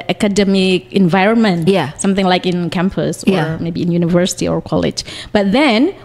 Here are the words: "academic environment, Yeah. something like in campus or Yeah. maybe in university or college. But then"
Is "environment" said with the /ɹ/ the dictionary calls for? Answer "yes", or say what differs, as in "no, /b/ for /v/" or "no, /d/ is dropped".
yes